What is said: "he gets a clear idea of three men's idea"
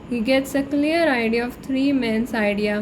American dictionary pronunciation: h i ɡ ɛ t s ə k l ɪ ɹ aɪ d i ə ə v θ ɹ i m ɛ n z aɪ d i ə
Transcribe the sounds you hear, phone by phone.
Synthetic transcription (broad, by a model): h i ɡ ɛ t s ə k l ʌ ɹ aɪ d i ə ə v t ɹ i m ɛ n s aɪ d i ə